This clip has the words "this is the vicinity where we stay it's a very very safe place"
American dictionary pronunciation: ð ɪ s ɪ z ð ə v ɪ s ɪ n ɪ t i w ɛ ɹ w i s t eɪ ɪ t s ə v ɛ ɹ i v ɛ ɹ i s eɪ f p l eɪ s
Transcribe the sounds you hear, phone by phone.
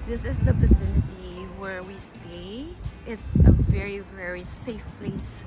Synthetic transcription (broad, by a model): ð ɪ s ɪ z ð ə p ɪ s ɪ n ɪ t i w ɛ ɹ w i s t eɪ ɪ t s ə v ɛ ɹ i v ɛ ɹ i s eɪ f p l eɪ s